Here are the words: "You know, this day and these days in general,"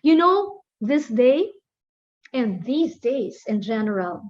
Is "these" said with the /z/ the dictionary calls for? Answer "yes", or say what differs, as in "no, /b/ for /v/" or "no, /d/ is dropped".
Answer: yes